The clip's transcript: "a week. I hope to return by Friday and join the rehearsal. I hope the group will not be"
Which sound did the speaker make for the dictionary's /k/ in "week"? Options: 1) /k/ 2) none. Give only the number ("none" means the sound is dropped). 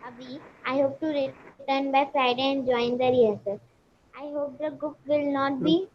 2